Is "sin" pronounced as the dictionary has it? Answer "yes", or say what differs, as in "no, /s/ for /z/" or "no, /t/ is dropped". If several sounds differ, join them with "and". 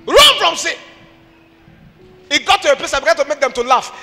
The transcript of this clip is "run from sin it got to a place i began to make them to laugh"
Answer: no, /n/ is dropped